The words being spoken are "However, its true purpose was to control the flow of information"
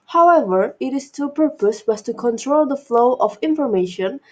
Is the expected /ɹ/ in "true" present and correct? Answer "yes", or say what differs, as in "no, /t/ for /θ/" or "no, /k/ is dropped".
no, /ɹ/ is dropped